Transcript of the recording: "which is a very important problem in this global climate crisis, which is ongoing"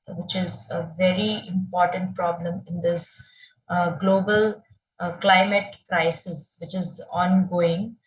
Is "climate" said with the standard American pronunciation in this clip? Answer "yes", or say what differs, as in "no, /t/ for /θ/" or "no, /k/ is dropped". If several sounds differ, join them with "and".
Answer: yes